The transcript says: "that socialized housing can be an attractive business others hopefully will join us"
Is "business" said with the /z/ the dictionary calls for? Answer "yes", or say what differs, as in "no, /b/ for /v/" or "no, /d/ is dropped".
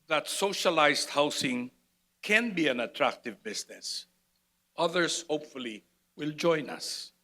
no, /s/ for /z/